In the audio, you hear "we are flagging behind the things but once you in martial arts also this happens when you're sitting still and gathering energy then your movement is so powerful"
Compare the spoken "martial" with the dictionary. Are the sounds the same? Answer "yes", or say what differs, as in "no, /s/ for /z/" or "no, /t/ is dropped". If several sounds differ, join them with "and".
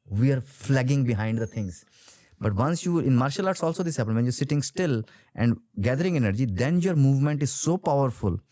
yes